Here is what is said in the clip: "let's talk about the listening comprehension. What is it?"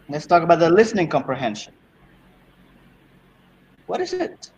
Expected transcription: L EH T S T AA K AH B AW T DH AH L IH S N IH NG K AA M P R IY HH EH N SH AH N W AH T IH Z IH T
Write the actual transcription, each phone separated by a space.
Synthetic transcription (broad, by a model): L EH T S T AA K AH B AW T DH AH L IH S N IH NG K AA M P R IY HH EH N SH AH N W AH T IH Z IH T